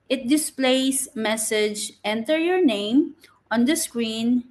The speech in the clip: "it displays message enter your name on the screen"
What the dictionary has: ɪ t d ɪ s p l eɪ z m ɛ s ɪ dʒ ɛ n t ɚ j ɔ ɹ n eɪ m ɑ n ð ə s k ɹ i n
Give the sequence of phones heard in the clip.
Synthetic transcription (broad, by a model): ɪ t d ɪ s p l eɪ s m ɛ s ɪ dʒ ɛ n t ɚ j ɔ ɹ n eɪ m ɑ n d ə s k ɹ i n